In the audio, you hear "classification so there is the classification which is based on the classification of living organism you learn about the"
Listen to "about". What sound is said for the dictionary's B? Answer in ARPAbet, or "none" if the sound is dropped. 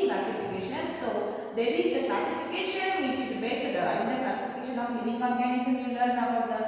none